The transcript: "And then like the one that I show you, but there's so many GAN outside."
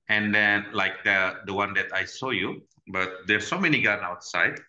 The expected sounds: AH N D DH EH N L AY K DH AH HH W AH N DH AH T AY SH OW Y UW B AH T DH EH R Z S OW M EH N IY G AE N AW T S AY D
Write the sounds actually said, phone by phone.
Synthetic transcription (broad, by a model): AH N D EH N L AY K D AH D W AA N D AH T AY S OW Y UW B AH T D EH S OW M EH N IY G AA N AW T S AY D